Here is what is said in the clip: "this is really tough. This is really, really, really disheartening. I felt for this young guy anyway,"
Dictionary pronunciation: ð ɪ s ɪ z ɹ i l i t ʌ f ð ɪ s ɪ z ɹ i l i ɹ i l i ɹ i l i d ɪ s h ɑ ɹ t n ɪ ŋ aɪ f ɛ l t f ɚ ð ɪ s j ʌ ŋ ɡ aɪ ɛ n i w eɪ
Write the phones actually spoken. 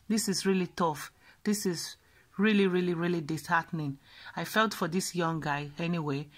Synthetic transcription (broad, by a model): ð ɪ s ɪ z ɹ i l i t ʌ f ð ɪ s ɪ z ɹ i l i ɹ i l i ɹ i l i d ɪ s h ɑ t n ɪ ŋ aɪ f ɛ l t f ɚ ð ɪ s j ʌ ŋ ɡ aɪ ɛ n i w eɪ